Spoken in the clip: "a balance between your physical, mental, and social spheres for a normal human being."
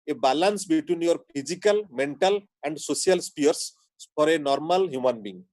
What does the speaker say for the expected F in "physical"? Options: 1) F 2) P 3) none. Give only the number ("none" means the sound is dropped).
2